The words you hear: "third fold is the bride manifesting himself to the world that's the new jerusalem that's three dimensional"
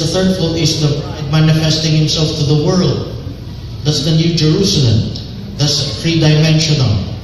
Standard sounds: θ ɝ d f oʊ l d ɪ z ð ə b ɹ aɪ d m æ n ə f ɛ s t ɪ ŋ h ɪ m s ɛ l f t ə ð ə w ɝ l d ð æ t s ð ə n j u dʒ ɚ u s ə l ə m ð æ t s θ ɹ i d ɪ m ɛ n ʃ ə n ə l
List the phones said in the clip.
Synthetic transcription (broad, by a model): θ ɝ d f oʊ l ɪ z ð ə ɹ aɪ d m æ n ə f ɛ s t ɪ ŋ h ɪ m s ɛ l f t ə ð ə w ɝ l d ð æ t s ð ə n j u dʒ ɚ u s ə l ə m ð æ t s f ɹ i d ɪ m ɛ n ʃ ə n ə l